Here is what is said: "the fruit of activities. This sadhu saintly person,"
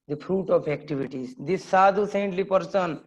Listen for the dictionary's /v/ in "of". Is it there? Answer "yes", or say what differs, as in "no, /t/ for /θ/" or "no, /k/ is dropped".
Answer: no, /p/ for /v/